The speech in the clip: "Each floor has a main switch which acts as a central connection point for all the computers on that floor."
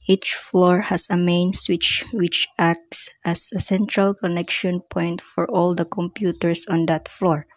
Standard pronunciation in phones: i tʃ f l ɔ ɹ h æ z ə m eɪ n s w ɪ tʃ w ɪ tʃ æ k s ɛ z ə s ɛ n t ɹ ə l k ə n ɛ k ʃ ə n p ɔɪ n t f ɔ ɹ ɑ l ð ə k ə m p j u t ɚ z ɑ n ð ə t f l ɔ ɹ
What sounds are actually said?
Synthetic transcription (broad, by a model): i tʃ f l ɔ ɹ h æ s ə m eɪ n s w ɪ tʃ w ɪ tʃ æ k s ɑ s ə s ɛ n t ɹ ə l k ə n ɛ k ʃ ə n p ɔɪ n t f ɔ ɹ ɑ l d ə k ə m p j u t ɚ s ɑ n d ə t f l ɔ ɹ